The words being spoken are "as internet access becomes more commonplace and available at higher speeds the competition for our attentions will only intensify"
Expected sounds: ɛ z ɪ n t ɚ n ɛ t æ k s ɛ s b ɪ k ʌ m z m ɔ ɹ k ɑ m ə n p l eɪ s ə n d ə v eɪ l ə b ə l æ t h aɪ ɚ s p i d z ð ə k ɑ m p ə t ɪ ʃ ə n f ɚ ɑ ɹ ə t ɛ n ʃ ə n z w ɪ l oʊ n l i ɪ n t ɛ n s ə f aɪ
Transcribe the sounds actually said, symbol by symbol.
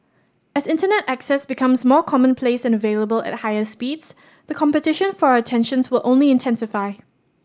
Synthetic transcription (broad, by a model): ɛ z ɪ n t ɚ n ɛ t æ k s ɛ s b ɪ k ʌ m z m ɔ k ɑ m ə n p l eɪ s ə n ə v eɪ l ə b ə l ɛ t h aɪ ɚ s p i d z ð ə k ɑ m p ə t ɪ ʃ ə n f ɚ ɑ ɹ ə t ɛ n ʃ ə n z w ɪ l oʊ n l i ɪ n t ɛ n s ə f aɪ